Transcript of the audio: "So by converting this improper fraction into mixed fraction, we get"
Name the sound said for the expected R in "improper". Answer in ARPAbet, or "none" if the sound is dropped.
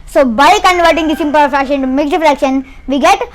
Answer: none